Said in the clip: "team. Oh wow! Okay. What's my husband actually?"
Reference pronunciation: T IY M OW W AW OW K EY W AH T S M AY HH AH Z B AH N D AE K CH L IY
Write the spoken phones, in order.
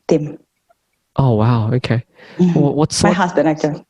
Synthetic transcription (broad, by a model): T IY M OW W AW OW K EY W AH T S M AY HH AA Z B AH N AE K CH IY